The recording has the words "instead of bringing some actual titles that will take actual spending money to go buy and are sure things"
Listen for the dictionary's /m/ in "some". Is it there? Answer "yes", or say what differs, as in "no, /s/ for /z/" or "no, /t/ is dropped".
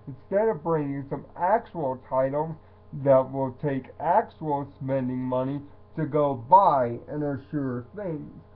yes